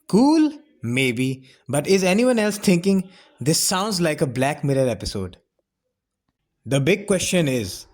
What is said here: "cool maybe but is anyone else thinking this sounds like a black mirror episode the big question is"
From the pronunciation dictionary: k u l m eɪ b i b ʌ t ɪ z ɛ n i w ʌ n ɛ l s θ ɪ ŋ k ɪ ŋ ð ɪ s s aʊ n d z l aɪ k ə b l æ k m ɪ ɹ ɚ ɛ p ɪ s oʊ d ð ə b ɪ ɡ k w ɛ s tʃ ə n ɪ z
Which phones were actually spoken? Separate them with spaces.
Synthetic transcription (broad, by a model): k u l m eɪ b i b ʌ t ɪ z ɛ n i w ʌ n ɛ l s t ɪ ŋ k ɪ ŋ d ɪ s s aʊ n d z l aɪ k ə b l æ k m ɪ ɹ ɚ ɛ p ɪ s oʊ d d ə b ɪ ɡ k w ɛ s tʃ ə n ɪ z